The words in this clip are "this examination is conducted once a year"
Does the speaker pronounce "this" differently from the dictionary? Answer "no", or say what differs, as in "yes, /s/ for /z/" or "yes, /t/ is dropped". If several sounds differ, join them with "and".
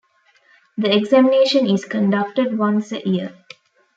yes, /s/ is dropped